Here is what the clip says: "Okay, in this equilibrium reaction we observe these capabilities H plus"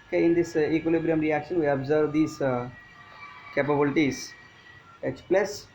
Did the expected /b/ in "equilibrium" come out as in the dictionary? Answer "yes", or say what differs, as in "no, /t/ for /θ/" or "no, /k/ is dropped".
yes